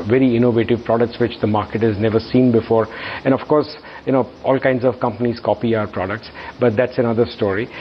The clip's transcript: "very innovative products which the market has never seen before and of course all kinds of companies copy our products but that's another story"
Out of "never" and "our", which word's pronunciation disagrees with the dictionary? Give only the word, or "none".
none